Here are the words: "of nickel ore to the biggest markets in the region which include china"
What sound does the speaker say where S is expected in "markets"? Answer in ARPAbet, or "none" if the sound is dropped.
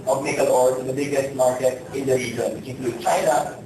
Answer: none